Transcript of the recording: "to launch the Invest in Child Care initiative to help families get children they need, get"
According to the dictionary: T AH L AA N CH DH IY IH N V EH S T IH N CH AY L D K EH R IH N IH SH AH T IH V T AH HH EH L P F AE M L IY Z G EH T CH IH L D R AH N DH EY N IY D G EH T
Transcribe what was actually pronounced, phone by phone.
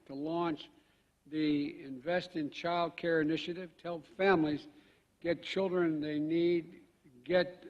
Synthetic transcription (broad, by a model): T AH L AA N CH DH IY IH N V EH S T IH N CH AY L D K EH R IH N IH SH AH T IH V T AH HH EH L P F AE M L IY Z G EH T CH IH L D R AH N DH EY N IY D G EH T